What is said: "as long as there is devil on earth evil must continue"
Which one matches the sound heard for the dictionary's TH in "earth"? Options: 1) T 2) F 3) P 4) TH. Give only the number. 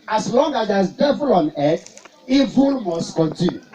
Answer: 1